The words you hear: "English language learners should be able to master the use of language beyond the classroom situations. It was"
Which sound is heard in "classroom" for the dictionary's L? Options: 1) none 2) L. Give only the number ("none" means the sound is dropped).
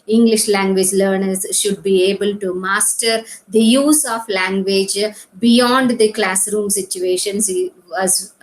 2